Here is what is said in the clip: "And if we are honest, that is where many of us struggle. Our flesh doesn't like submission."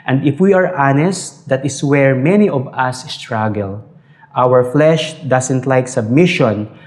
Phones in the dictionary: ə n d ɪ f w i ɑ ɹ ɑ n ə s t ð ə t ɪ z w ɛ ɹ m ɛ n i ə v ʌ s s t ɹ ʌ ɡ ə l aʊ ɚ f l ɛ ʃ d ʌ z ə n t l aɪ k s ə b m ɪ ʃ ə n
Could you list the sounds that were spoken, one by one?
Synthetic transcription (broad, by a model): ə n d ɪ f w i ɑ ɹ ɑ n ə s t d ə t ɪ s w ɛ ɹ m ɛ n i ə v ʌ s s t ɹ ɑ ɡ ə l aʊ ɚ f l ɛ ʃ d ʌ s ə n t l aɪ k s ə b m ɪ ʃ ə n